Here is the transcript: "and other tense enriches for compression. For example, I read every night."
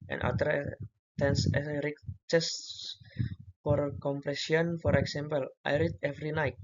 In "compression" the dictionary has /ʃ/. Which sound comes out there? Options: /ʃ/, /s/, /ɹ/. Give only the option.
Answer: /s/